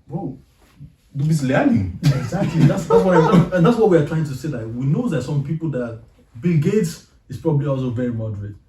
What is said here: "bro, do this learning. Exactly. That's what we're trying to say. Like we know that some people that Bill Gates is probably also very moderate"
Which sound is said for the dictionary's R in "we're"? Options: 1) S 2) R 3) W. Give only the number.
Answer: 3